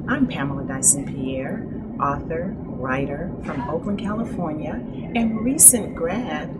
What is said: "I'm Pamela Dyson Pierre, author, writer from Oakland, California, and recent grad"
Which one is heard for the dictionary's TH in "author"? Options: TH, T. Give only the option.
TH